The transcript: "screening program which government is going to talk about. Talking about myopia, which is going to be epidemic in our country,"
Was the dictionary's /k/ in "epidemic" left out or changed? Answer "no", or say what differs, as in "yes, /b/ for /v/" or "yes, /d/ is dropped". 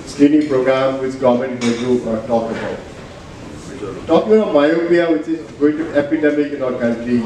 no